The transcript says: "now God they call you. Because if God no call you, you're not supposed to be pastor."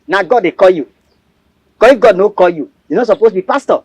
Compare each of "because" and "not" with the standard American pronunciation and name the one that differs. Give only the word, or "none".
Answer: because